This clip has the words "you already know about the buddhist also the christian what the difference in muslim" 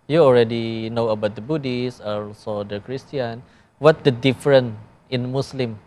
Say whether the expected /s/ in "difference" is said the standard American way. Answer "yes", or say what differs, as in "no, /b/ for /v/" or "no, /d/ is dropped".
no, /s/ is dropped